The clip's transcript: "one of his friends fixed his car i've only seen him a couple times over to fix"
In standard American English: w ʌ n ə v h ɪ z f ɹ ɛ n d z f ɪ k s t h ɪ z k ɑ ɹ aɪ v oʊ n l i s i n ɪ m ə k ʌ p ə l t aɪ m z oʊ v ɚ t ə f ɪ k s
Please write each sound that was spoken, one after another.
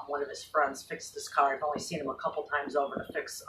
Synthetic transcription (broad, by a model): w ʌ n ə v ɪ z f ɹ ɛ n d z f ɪ k s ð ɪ s k ɑ ɹ aɪ v oʊ n l i s i n ɪ m ə k ʌ p l t aɪ m z oʊ v ɚ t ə f ɪ k s